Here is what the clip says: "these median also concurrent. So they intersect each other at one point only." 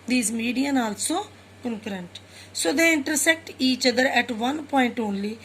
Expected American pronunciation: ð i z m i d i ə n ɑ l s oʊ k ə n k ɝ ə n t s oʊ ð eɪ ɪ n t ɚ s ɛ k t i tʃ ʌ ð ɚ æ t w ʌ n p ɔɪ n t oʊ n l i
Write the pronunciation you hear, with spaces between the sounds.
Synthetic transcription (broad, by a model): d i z m i d i ə n ɑ l s oʊ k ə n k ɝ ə n t s oʊ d eɪ ɪ n t ɚ s ɛ k t i tʃ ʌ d ɚ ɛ t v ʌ n p ɔɪ n t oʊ n l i